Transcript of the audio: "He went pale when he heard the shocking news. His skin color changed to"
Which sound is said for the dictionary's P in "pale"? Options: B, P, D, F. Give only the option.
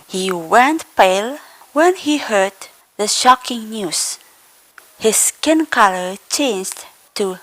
P